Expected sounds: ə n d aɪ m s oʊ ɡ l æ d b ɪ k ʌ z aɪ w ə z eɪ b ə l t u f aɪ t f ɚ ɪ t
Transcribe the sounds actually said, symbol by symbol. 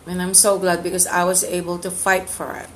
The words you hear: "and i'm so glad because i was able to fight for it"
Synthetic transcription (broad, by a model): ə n aɪ m s oʊ ɡ l æ d b ɪ k ʌ z aɪ w ə z eɪ b ə l t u f aɪ t f ɚ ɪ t